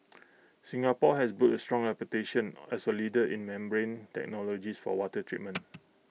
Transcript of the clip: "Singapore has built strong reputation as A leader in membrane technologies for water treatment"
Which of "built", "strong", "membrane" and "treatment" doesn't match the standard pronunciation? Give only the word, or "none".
built